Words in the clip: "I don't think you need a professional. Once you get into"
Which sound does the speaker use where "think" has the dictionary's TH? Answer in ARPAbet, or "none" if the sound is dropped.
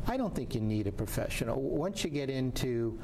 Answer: TH